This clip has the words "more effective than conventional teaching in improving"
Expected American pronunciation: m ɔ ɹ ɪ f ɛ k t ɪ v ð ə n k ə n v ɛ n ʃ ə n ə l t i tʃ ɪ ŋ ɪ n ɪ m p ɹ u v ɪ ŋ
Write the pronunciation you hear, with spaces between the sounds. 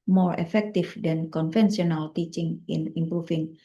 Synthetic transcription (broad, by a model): m ɔ ɹ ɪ f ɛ k t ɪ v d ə n k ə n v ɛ n s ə n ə l t i tʃ ɪ ŋ ɪ n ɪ m p ɹ u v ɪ ŋ